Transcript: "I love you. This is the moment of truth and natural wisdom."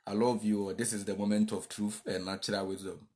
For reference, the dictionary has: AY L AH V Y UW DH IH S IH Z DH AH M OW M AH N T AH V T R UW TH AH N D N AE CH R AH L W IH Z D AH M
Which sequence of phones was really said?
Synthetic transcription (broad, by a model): AY L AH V Y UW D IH S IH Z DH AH M OW M AH N T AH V T R UW TH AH N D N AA CH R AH L W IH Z D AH M